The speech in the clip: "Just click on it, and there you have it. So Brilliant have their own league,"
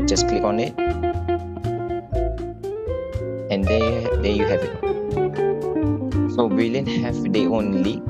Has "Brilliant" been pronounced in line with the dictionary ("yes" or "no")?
no